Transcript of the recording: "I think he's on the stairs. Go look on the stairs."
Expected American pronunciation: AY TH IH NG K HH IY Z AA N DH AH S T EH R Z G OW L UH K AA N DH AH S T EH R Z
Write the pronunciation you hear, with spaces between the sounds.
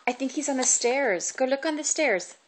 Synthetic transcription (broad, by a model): AY TH IH NG K HH IY Z N DH AH S T EH R Z G OW L UH K N DH AH S T EH R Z